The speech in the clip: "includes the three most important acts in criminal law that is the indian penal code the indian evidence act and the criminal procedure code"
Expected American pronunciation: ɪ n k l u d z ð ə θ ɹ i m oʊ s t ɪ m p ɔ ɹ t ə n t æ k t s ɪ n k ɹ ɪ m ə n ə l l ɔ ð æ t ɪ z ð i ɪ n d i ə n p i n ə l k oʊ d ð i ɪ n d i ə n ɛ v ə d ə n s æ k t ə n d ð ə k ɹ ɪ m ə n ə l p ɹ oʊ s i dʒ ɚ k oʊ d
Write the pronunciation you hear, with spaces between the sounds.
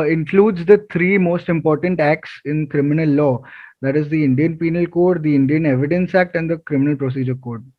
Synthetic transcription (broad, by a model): ɪ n k l u d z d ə t ɹ i m oʊ s t ɪ m p ɔ ɹ t ə n t æ k t s ɪ n k ɹ ɪ m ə n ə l l ɔ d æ t ɪ z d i ɪ n d i ə n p i n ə l k oʊ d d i ɪ n d i ə n ɛ v ə d ə n s æ k t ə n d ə k ɹ ɪ m ə n ə l p ɹ oʊ s i dʒ ɚ k oʊ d